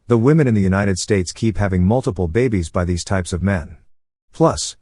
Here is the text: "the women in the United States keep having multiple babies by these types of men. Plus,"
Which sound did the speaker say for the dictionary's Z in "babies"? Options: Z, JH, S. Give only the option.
Z